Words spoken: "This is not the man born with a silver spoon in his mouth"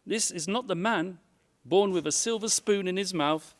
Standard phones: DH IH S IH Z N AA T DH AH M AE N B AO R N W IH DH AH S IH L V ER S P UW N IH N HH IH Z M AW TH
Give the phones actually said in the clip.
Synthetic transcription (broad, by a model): DH IH S IH Z N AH T DH AH M AE N B AO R N W IH DH AH S IH L V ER S P UW N IH N IH Z M AW TH